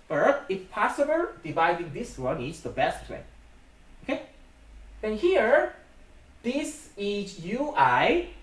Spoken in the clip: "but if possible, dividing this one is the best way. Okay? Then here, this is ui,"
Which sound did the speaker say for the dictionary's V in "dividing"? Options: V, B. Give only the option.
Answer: V